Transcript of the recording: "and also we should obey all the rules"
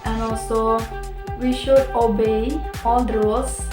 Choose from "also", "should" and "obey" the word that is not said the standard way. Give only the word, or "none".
none